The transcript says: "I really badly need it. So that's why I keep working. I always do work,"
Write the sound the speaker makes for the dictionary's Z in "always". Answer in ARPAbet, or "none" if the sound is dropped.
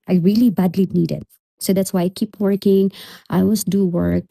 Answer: S